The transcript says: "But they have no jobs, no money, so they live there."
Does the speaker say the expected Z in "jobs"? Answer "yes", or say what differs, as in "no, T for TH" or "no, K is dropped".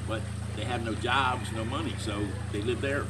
yes